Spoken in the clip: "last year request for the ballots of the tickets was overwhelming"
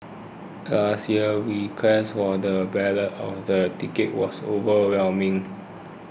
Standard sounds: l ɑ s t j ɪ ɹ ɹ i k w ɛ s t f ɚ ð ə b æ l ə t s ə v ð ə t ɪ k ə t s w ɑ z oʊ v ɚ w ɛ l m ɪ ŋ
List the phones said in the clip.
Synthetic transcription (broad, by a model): l ɑ s t j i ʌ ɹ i k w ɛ s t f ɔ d ə b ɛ l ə t ə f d ə t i k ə t w ɑ s oʊ v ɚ w ɛ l m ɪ ŋ